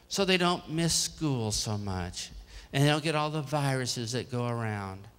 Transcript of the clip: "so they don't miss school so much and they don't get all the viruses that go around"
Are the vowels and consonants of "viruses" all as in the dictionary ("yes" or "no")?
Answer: yes